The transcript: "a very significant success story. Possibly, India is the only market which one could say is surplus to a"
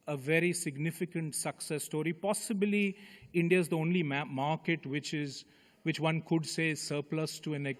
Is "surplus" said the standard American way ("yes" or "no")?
yes